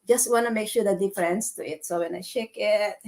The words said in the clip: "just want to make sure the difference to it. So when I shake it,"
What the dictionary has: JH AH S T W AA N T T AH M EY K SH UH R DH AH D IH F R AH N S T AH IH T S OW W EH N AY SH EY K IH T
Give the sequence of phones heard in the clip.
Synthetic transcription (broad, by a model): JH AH S T W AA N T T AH M EY K SH UH R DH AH D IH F R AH N S T AH IH T S OW W EH N AY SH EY K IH T